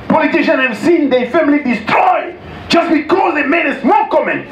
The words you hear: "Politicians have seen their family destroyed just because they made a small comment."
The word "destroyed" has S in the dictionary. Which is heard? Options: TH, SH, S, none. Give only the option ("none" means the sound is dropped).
S